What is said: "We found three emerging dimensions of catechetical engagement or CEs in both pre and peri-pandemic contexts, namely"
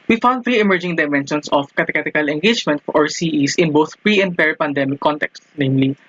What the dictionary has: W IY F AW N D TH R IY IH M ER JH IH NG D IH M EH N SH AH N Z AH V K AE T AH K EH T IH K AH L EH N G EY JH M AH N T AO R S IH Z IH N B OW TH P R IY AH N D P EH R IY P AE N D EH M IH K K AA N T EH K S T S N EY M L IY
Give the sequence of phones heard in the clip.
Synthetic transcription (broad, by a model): W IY F AW N D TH R IY IH M ER JH IH NG D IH M EH N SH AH N S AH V K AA T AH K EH T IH K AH L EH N G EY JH M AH N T AO R S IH S IH N B OW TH P R IY AH N D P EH R P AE N D EH M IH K K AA N T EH K S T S N EY M L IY